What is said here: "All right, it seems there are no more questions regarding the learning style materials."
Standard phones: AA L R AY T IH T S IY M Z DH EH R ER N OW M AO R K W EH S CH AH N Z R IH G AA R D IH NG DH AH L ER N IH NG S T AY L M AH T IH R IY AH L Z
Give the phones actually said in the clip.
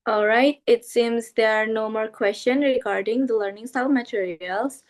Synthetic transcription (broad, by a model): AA L R AY T IH T S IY M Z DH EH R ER N OW M AO R K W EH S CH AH N R IH G AA R D IH NG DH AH L ER N IH NG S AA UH M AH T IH R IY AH L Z